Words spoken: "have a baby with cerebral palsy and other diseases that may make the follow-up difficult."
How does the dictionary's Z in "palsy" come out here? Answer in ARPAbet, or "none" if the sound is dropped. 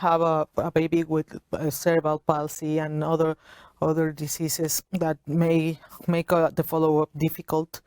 S